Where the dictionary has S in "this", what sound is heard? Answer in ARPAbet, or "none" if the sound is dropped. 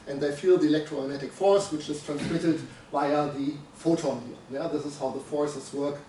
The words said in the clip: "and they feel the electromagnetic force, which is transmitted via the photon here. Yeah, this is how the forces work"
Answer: S